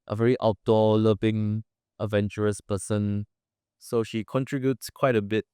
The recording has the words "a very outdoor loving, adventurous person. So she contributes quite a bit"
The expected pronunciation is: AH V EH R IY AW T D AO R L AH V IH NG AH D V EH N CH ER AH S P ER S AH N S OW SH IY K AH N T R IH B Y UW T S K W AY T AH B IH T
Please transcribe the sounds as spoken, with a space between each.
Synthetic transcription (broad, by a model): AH V EH R IY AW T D AO L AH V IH NG AH D V EH N CH ER AH S P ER S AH N S OW SH IY K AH N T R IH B Y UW T S K W AY T AH B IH T